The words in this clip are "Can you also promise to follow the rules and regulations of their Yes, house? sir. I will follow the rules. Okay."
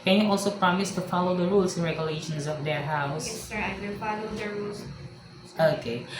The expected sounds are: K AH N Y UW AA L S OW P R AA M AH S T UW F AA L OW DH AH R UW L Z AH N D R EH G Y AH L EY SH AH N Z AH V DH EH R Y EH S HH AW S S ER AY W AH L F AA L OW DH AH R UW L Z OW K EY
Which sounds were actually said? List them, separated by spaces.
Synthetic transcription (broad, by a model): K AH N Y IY AA L S OW P R AA M AH S T UW F AA L OW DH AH R UW L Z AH N R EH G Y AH L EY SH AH N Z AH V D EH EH HH AW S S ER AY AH F AA L OW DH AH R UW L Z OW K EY